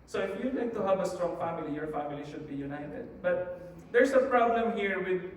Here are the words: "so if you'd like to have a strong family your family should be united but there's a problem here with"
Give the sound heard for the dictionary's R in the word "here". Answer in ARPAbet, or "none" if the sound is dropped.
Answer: R